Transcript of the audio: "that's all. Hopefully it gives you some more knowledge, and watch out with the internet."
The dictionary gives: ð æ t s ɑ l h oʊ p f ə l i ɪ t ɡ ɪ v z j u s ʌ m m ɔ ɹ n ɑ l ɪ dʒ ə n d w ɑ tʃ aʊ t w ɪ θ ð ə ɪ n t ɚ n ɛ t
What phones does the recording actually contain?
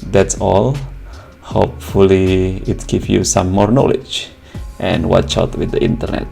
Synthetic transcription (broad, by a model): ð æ t s ɑ l h oʊ p f ə l i ɪ t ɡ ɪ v j u s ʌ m m ɔ ɹ n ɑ l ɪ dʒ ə n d w ɑ tʃ aʊ t w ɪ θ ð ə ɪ n t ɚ n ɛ t